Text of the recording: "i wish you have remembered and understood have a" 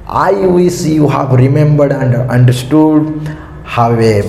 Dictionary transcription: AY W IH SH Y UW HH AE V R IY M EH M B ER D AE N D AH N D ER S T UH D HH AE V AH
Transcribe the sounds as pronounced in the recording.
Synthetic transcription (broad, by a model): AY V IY S Y UW HH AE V R IY M EH M B ER D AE N D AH N D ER S T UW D HH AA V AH